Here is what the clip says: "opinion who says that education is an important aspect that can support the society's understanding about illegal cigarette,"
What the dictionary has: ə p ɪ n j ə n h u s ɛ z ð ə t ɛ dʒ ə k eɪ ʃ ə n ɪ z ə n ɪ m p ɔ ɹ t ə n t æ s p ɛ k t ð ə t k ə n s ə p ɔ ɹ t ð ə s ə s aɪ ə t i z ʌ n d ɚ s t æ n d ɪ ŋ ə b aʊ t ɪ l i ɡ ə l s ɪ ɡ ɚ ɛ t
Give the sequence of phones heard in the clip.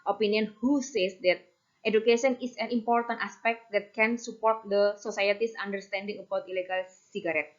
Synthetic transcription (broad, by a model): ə p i n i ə n h u s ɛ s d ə t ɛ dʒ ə k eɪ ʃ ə n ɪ s ə n ɪ m p ɔ ɹ t ə n t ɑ s p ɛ k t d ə t k ə n s ə p ɔ ɹ t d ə s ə s aɪ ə t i s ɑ n d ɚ s t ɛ n d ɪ ŋ ə b aʊ t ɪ l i ɡ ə l s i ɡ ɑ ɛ t